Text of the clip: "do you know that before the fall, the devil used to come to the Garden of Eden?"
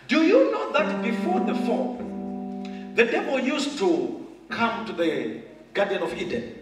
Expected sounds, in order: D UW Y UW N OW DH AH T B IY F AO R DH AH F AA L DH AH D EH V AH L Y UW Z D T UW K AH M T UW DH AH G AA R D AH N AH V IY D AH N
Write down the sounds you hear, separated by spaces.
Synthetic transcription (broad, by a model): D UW Y UW N OW DH AH T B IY F AO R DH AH F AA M DH AH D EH P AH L Y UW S T UW K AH M T UW DH AH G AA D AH N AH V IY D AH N